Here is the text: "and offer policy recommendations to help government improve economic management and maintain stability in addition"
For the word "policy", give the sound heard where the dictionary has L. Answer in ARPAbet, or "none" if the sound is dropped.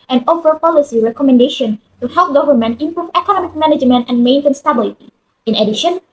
L